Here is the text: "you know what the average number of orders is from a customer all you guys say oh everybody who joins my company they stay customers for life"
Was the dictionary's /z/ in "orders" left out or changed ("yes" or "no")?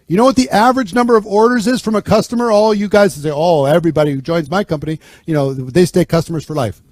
no